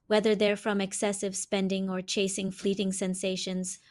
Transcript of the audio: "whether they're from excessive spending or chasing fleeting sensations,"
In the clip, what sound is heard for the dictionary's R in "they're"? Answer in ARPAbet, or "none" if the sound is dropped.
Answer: R